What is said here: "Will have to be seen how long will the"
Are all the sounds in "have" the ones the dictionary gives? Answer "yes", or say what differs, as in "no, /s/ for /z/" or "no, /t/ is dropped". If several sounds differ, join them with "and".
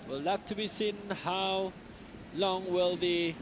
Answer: no, /f/ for /v/